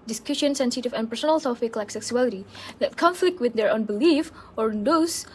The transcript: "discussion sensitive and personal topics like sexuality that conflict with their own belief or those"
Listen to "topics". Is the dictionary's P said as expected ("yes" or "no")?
no